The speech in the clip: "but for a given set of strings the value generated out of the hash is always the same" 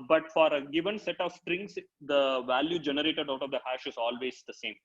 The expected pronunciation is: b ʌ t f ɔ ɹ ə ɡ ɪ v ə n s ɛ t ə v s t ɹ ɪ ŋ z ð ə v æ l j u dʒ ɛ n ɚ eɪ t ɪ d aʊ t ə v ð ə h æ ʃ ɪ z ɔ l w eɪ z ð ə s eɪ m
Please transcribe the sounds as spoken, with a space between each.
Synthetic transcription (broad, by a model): b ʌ t f ɔ ɹ ə ɡ ɪ v ə n s ɛ t ə v s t ɹ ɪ ŋ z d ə v æ l j u dʒ ɛ n ɚ eɪ t ɪ d aʊ t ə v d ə h æ ʃ ɪ z ɔ l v eɪ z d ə s eɪ m